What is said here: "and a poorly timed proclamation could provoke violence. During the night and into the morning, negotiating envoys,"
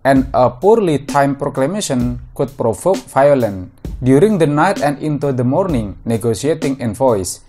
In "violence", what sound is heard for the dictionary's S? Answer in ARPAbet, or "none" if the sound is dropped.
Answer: none